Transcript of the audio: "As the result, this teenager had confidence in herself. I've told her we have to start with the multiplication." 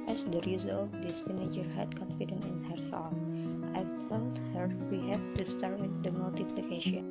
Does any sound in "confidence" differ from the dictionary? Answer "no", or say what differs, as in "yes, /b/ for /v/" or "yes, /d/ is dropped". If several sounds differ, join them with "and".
yes, /s/ is dropped